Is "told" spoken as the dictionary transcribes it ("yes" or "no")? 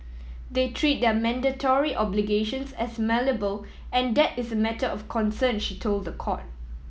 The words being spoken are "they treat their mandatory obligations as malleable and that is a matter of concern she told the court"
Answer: yes